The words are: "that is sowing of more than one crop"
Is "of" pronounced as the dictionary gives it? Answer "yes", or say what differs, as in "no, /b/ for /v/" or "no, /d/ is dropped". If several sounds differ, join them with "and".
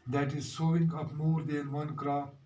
no, /p/ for /v/